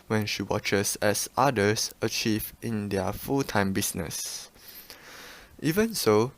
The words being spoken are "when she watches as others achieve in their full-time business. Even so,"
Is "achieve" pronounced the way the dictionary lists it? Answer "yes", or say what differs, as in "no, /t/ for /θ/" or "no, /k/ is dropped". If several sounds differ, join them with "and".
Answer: yes